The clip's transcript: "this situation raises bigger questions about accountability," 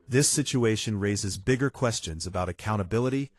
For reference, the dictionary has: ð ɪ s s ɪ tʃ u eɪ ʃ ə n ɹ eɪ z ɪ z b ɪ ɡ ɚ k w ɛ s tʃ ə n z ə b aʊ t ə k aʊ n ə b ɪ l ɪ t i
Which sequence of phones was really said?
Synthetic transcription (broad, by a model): ð ɪ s s ɪ tʃ u eɪ ʃ ə n ɹ eɪ z ɪ z b ɪ ɡ ɚ k w ɛ s tʃ ə n z ə b aʊ t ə k aʊ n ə b ɪ l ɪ t i